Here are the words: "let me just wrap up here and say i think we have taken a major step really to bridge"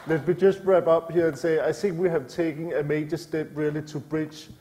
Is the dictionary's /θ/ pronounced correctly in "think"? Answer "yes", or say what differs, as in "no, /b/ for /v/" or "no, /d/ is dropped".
yes